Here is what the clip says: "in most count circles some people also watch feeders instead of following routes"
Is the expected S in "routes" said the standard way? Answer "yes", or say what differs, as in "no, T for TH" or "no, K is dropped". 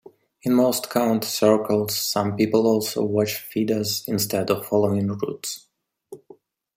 yes